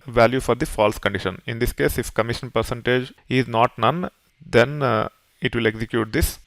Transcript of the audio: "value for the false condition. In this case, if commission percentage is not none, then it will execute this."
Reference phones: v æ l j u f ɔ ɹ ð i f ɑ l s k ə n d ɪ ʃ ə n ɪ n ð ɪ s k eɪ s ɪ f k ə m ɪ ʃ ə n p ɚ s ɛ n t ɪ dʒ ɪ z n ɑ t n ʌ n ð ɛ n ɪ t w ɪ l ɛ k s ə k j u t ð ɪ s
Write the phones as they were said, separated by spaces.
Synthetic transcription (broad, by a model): v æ l j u f ɔ ɹ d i f ɑ l s k ə n d ɪ ʃ ə n ɪ n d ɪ s k eɪ s ɪ f k ə m ɪ ʃ ə n p ɚ s ɛ n t ɪ dʒ ɪ z n ɑ t n ʌ n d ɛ n ɪ t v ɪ l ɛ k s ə k j u t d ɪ s